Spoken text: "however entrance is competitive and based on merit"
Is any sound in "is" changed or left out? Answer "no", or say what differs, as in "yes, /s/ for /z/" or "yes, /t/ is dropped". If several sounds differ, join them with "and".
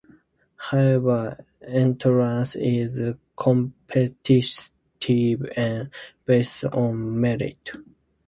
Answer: no